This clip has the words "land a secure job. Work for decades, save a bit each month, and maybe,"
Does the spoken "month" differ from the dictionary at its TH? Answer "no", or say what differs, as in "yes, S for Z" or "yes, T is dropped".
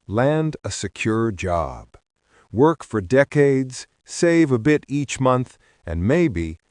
no